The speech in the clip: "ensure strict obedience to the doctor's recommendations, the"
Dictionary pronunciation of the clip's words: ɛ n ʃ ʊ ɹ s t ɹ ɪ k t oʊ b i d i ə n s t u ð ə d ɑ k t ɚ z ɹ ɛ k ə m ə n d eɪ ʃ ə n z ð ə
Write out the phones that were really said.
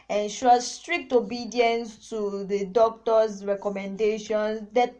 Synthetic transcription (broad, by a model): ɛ n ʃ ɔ s t ɹ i k t oʊ b i d i ə n s t u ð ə d ɑ k t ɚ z ɹ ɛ k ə m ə n d eɪ ʃ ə n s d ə